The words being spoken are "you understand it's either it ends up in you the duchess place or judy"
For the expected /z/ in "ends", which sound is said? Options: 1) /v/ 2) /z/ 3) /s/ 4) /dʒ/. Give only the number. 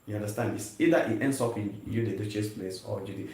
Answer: 3